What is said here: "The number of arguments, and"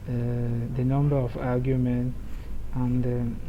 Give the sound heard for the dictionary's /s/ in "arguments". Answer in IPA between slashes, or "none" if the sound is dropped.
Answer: none